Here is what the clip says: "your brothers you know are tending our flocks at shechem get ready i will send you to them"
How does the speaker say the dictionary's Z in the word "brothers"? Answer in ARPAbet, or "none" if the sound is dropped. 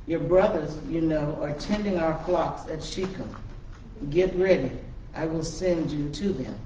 Z